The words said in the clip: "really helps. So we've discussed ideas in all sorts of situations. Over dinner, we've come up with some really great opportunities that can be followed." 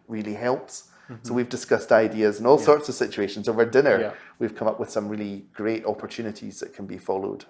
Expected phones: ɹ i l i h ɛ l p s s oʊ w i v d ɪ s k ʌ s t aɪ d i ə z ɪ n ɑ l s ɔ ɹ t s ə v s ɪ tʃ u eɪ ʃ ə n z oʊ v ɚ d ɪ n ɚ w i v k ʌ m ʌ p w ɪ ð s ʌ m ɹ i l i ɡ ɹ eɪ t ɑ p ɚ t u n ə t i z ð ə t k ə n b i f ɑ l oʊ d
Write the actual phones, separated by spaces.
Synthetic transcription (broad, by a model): ɹ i l i h ɛ l p s s oʊ w i v d ɪ s k ʌ s t aɪ d i ə z ɪ n ɑ l s ɔ ɹ t s ə v s ɪ tʃ u eɪ ʃ ə n z oʊ v ɚ d ɪ n ɚ w i v k ʌ m ʌ p w ɪ ð s ʌ m ɹ i l i ɡ ɹ eɪ t ɑ p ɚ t u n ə t i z ð ə t k ə n b i f ɑ l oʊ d